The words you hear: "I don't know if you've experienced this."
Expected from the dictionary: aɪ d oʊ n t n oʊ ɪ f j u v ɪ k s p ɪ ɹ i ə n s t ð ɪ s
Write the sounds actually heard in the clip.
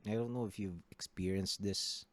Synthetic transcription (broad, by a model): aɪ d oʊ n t n oʊ ɪ f j u v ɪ k s p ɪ ɹ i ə n s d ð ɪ s